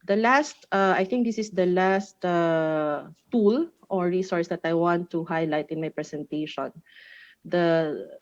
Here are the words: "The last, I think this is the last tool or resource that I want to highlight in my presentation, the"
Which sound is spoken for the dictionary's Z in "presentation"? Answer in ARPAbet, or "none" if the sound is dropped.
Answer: S